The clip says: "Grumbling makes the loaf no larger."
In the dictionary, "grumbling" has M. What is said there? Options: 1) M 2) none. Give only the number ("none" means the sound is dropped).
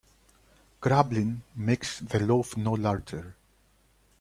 2